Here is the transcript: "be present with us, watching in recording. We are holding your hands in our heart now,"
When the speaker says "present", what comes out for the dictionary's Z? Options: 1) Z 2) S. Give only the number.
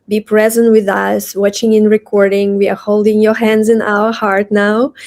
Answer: 1